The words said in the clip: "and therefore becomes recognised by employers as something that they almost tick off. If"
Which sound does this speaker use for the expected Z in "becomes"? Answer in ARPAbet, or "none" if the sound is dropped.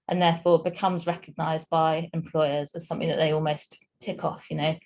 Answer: Z